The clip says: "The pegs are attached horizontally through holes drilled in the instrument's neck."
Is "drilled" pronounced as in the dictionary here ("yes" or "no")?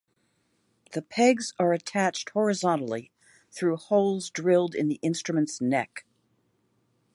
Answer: yes